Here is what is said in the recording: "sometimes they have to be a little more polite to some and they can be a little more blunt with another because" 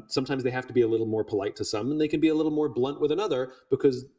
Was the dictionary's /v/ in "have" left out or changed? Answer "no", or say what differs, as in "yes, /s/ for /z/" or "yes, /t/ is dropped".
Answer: yes, /f/ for /v/